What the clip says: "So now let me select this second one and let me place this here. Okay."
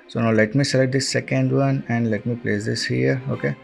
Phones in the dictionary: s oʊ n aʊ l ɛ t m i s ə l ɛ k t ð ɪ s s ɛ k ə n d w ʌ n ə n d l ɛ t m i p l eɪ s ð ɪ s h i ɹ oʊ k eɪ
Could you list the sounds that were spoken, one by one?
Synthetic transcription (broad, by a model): s oʊ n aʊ l ɛ t m i s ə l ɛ t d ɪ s s ɛ k ə n d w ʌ n ə n d l ɛ t m i p l eɪ s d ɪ s h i ɹ oʊ k eɪ